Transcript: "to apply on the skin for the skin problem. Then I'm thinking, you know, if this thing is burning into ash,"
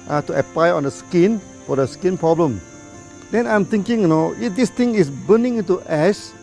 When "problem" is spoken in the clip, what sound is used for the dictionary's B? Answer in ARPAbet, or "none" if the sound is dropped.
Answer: B